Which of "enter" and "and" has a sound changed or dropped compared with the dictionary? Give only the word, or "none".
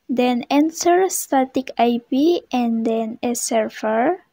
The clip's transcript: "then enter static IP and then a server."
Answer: enter